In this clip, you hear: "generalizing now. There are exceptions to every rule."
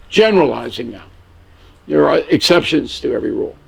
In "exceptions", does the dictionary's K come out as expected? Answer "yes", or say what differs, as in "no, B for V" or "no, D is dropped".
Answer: yes